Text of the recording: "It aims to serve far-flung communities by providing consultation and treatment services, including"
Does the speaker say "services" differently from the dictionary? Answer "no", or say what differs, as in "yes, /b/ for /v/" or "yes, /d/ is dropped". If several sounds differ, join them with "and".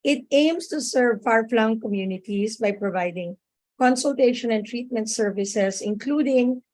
yes, /s/ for /z/